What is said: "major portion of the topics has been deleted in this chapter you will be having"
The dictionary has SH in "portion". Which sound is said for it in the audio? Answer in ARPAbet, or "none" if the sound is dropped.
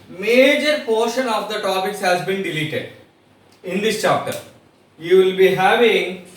SH